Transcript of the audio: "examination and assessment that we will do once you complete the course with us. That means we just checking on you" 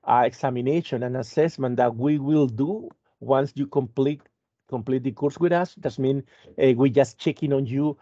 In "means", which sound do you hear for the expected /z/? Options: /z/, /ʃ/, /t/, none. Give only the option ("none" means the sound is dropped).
none